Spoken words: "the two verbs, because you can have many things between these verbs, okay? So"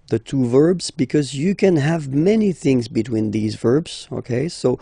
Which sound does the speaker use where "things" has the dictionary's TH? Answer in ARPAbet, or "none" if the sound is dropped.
TH